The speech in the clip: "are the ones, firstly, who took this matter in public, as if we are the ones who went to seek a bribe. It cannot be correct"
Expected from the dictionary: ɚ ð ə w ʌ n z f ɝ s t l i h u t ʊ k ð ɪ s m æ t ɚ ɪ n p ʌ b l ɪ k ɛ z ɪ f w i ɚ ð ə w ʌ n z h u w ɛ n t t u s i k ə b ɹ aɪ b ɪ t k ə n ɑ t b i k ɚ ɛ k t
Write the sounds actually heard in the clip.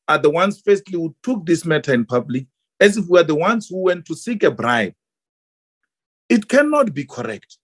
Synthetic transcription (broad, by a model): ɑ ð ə w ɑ n s f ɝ s t l i h u t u k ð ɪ s m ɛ t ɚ ɪ n p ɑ b l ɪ k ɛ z ɪ f w i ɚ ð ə w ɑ n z h u w ɛ n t t u s i k ə b ɹ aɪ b ɪ t k ə n ɑ t b i k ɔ ɛ k t